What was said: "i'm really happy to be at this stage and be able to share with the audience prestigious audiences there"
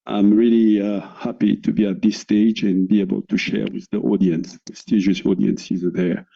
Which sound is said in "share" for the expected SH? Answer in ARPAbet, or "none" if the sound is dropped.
SH